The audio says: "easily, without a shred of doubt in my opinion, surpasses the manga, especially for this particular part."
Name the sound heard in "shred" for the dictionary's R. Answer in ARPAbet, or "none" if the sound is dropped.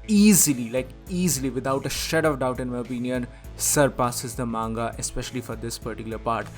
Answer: none